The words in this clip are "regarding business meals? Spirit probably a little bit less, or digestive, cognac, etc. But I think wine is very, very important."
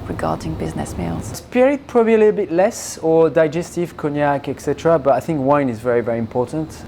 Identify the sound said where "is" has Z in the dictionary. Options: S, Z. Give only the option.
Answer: Z